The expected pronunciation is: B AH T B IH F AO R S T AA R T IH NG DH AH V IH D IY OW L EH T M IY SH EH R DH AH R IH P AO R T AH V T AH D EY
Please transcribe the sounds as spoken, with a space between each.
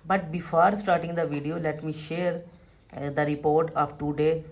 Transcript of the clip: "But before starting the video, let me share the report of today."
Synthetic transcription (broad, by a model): B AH T B IH F AO R S T AA R T IH NG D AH V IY D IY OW L EH T M IY SH EH R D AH R IH P AO R T AH V T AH D EY